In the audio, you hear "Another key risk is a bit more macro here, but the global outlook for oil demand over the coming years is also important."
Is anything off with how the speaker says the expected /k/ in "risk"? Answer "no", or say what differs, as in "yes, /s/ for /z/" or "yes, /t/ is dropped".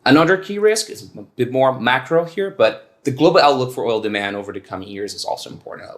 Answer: no